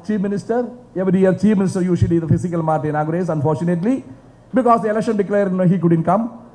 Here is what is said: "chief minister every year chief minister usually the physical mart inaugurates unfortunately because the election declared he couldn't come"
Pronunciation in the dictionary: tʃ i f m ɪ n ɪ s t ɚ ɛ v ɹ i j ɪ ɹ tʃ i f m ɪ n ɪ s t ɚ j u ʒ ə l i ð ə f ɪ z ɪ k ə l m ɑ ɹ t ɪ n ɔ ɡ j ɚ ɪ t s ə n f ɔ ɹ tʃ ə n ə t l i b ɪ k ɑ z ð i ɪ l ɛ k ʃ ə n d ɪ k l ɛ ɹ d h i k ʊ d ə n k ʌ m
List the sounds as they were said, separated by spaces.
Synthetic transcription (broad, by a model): tʃ i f m ɪ n ɪ s t ɚ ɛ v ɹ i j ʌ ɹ tʃ i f m ɪ n ɪ s t ɚ j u ʃ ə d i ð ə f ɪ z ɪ k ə l m ɑ ɹ t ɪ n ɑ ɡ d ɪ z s ə n f ɔ ɹ tʃ ə n ə t l i b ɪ k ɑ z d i ɪ l ɛ k ʃ ə n d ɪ k l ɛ ɹ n h i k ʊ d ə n k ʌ m